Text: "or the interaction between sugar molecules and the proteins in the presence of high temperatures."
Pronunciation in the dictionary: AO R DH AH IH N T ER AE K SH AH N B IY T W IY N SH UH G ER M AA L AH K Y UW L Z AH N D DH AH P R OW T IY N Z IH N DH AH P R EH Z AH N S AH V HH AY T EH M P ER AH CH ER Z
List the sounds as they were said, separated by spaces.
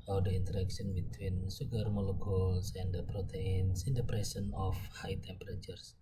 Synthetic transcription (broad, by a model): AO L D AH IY N T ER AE K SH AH N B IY T W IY N S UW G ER M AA L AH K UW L S AH N D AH P R OW T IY N S IH N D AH P R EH S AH N AH F HH AY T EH M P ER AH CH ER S